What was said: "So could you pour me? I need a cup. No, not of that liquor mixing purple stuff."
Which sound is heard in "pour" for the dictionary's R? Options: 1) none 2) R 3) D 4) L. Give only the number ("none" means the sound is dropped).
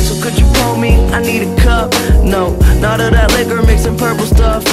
4